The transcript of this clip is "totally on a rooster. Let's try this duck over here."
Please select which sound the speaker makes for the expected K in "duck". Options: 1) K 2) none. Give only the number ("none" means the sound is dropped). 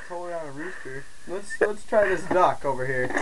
1